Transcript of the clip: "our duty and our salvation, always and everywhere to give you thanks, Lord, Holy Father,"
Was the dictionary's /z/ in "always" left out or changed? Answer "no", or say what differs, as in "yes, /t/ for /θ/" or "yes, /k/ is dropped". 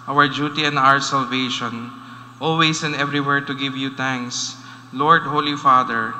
yes, /s/ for /z/